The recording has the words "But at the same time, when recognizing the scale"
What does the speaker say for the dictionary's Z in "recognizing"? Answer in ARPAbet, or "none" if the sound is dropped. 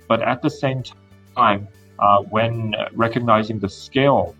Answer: Z